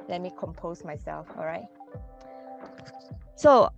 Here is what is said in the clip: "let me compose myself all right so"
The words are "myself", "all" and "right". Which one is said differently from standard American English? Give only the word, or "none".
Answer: none